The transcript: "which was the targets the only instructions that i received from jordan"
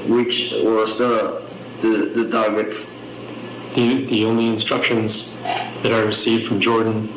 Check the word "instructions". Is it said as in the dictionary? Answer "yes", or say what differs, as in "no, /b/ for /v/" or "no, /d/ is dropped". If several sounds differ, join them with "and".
yes